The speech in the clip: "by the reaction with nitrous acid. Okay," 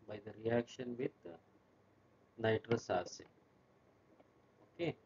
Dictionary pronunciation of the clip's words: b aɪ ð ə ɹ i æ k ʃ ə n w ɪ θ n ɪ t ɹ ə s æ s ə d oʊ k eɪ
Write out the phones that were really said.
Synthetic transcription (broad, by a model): b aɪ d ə ɹ i æ k ʃ ə n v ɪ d n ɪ t ɹ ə s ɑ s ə oʊ k eɪ